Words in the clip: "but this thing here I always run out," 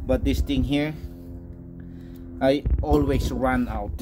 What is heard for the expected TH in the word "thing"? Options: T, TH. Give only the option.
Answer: T